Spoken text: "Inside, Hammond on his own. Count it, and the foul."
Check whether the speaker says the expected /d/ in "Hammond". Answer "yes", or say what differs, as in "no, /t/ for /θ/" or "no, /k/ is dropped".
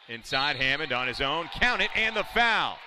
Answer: yes